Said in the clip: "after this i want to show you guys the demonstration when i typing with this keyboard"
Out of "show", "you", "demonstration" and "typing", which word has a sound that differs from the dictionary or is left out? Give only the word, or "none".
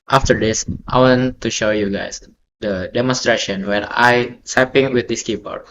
typing